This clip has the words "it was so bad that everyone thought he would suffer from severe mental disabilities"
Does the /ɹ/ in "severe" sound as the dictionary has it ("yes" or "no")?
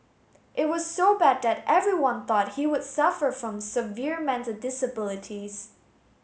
yes